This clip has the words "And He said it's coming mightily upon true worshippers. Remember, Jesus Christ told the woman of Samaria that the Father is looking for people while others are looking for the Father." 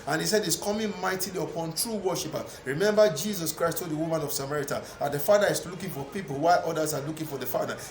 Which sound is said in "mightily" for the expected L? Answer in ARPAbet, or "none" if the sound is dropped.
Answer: L